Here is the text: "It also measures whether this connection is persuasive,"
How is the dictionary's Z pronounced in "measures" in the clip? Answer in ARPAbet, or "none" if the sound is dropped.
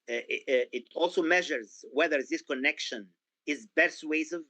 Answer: Z